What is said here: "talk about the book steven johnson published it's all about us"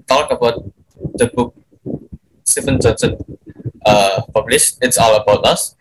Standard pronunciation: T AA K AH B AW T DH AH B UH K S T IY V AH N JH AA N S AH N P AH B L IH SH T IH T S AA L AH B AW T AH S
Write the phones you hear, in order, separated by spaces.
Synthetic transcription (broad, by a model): T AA K AH B AW T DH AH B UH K S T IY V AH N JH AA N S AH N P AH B L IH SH IH T S AA L AH B AW T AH S